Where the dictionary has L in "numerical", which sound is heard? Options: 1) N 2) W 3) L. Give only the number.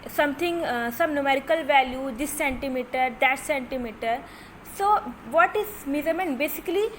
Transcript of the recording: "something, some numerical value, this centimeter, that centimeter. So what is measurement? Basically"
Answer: 3